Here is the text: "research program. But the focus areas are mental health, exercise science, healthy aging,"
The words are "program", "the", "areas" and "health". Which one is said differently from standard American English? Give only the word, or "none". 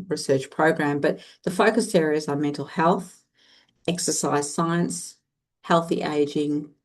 none